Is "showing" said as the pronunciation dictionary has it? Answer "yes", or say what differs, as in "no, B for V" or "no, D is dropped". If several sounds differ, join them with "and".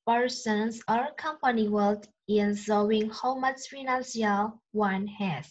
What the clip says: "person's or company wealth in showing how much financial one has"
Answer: no, S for SH